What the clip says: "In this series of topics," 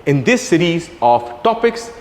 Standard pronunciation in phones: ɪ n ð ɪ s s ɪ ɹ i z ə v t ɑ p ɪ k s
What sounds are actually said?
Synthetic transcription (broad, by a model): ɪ n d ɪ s s ɪ ɹ i z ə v t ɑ p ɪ k s